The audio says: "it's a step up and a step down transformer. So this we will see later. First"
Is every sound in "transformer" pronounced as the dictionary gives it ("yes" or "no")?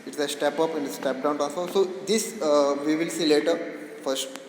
no